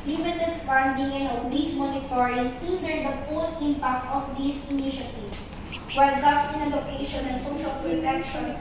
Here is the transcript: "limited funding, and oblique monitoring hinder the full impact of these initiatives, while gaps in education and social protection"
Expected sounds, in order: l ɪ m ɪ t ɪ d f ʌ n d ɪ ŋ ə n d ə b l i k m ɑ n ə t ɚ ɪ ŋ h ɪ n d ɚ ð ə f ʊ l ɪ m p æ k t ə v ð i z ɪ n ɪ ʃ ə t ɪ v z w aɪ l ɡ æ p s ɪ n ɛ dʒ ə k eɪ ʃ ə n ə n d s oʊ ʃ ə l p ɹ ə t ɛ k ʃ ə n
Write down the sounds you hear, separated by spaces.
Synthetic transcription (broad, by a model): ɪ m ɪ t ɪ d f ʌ n d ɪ ŋ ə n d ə l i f m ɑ n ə t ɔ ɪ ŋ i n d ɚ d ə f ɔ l ɪ m p æ k t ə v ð i s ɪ n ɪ ʃ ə t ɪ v s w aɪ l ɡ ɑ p s ɪ n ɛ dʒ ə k eɪ ʃ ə n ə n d s oʊ ʃ ə l p ɹ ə t ɛ k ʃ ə n